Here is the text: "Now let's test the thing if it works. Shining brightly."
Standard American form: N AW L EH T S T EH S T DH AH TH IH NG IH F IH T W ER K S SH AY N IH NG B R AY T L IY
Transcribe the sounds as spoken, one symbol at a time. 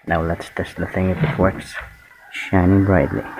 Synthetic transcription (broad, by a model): N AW L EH T S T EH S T DH AH TH IH NG IH F IH T W ER K S SH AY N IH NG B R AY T L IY